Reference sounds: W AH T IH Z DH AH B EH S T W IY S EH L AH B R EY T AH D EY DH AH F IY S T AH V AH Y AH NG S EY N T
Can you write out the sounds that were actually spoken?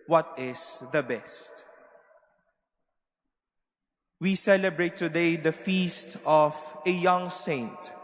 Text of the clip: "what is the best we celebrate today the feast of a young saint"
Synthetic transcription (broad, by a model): W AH T IH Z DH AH B EH S T W IY S EH L AH B R EY T AH D EY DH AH F IY S T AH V AH Y AH NG S EY N T